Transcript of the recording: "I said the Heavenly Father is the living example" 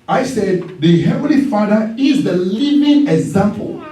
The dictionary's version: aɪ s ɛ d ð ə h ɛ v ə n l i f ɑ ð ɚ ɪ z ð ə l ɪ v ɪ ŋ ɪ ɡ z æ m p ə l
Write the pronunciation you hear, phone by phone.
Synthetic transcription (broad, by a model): aɪ s ɛ d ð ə h ɛ v ə n l i f ɑ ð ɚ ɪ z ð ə l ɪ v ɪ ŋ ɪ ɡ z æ m p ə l